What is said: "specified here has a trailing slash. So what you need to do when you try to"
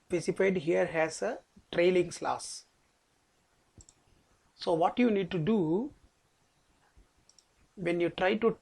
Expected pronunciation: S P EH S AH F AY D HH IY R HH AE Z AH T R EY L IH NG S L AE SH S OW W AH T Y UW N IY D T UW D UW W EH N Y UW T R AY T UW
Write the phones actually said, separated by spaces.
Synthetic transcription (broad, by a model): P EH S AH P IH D HH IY R HH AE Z AH T R EY L IH NG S L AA S S OW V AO T Y UW N IY D T UW D UW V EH N Y UW T R AY T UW